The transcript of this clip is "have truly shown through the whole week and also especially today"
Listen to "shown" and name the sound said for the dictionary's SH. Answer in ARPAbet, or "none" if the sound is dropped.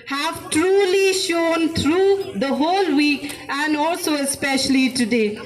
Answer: SH